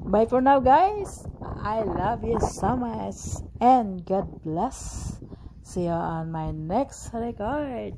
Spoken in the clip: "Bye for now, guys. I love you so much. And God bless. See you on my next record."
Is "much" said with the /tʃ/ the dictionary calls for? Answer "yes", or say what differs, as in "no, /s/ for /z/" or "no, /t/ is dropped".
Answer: no, /s/ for /tʃ/